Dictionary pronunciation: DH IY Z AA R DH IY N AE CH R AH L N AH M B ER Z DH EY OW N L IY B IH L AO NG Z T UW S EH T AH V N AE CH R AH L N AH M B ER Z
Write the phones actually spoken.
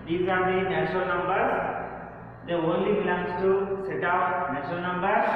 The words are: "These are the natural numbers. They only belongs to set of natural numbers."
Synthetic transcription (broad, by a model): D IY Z AA R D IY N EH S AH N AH M B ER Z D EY OW N L IY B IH L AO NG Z T UW S EH T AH P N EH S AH N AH M B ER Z